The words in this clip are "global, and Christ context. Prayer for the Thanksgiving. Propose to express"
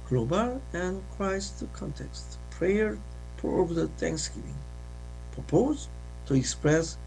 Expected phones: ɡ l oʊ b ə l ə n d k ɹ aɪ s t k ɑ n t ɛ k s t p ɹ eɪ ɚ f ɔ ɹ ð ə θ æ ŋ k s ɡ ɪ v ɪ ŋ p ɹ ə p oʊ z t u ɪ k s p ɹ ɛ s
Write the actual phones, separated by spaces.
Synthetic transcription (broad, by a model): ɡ l oʊ b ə l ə n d k ɹ aɪ s t k ɑ n t ɛ k s t p ɹ eɪ ɚ p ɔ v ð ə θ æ ŋ k s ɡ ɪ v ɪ ŋ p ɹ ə p oʊ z t u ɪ k s p ɹ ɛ s